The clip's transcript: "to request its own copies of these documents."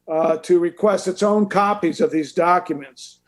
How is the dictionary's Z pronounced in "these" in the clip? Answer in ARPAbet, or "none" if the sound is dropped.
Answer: Z